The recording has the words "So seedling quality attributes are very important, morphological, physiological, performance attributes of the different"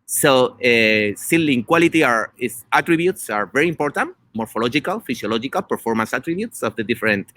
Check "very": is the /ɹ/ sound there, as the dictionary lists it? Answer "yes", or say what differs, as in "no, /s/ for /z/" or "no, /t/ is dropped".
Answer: yes